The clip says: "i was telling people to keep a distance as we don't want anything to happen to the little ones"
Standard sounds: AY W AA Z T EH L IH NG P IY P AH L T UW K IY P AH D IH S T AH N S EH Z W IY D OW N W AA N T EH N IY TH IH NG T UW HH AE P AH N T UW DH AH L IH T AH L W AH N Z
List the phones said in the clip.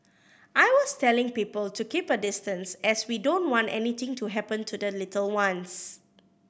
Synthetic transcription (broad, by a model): AY W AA S T EH L IH NG P IY P AH L T UW K IY P AH D IH S T AH N S EH S W IY D OW N W AA N T EH N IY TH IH NG T UW HH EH P AH N T UW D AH L IH T AH L W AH N S